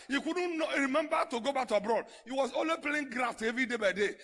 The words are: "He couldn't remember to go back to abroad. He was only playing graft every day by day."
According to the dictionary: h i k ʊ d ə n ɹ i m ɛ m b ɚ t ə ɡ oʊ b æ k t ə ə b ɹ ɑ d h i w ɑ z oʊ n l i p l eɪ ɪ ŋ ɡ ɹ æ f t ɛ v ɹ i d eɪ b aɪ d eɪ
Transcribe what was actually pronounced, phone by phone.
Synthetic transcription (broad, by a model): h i k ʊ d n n ɹ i m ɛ m b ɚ t ə ɡ oʊ b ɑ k t ə b ɹ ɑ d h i w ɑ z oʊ l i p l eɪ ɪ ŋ ɡ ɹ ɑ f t ɛ v ɹ i d eɪ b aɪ d eɪ